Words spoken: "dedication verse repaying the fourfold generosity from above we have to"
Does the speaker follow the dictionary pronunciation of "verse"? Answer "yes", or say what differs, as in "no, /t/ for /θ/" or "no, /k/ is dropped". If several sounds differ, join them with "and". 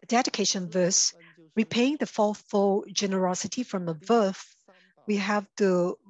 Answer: yes